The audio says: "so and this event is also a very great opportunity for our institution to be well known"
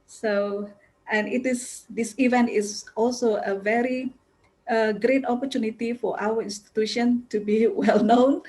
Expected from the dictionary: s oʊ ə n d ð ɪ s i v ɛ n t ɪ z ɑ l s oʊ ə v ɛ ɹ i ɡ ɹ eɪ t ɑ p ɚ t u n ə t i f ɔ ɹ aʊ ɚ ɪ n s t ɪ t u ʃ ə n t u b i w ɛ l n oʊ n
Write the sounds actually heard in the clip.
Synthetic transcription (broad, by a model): s oʊ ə n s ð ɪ s i v ɛ n t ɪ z ɑ l s oʊ ə v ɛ ɹ i ɡ ɹ eɪ t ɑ p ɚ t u n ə t i f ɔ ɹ aʊ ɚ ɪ n s t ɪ t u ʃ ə n t u b i w ɛ l n oʊ n